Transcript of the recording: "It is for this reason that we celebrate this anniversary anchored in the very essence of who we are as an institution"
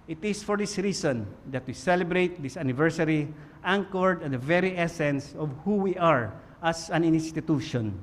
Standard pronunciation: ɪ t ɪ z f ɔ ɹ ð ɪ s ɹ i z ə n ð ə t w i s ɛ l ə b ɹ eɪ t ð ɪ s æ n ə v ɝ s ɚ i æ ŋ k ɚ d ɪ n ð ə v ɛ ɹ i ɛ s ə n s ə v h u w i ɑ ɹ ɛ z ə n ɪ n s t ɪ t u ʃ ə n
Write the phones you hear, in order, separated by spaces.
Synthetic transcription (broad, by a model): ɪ t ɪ s f ɔ ɹ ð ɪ s ɹ i s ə n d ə t w i s ɛ l ə b ɹ eɪ t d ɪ s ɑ n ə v ɝ s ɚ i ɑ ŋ k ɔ d ɪ n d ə v ɛ ɹ i ɛ s ə n s ə v h u w i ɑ ɹ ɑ s ə n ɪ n s t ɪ t u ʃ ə n